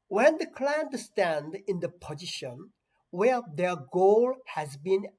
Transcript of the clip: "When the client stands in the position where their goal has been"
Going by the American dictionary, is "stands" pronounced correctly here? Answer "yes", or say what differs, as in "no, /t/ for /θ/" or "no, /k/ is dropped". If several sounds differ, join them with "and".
no, /z/ is dropped